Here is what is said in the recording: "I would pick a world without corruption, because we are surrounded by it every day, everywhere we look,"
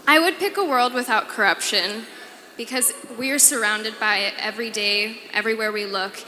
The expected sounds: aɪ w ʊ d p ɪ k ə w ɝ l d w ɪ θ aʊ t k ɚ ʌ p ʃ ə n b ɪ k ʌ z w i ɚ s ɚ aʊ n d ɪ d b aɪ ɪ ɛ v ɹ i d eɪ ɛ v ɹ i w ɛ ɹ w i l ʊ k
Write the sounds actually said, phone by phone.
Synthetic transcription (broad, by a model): aɪ w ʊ d p ɪ k ə w ɝ l d w ɪ θ aʊ t k ɚ ʌ p ʃ ə n b ɪ k ʌ z w i ɚ s ɚ aʊ n d ɪ d b aɪ ɪ ɛ v ɹ i d eɪ ɛ v ɹ i w ɛ ɹ w i l ʊ k